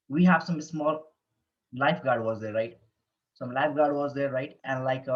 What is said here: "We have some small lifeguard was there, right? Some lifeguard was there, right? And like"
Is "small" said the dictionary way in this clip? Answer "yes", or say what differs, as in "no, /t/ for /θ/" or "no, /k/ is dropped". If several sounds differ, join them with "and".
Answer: yes